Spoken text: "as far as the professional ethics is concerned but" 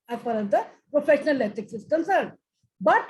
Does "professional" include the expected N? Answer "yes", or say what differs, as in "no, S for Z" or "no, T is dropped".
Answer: yes